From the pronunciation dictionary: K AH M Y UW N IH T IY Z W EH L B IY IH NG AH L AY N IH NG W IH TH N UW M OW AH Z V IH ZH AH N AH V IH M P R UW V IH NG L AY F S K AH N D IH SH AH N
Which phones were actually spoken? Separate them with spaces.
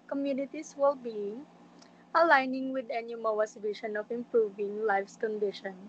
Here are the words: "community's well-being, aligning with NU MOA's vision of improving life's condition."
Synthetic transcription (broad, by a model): K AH M Y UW N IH T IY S W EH L B IY AH L AY N IH NG W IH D N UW M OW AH S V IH SH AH N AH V IH M P R UW V IH NG L AY F S K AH N D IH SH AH N